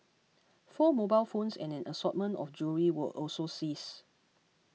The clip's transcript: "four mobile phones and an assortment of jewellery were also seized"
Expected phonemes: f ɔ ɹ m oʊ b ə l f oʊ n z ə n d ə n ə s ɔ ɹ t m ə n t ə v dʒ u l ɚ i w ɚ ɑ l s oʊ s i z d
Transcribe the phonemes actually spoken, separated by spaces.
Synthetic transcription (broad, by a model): f ɔ m oʊ b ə l f oʊ n s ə n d ə n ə s ɔ t m ə n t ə f dʒ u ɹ i w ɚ ɑ l s oʊ s i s